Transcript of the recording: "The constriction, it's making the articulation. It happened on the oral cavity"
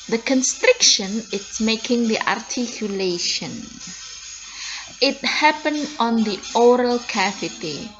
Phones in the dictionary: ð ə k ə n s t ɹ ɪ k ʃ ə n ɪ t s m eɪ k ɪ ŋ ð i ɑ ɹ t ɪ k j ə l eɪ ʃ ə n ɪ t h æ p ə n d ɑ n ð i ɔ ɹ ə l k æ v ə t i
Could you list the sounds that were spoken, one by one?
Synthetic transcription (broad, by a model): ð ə k ə n s t ɹ ɪ k ʃ ə n ɪ t s m eɪ k ɪ ŋ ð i ɑ ɹ t ɪ k j ə l eɪ ʃ ə n ɪ t h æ p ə n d ɑ n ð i ɔ ɹ ə l k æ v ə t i